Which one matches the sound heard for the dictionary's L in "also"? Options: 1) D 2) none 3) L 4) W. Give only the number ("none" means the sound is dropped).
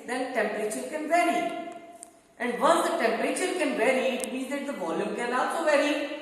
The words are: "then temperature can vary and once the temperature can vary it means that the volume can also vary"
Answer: 2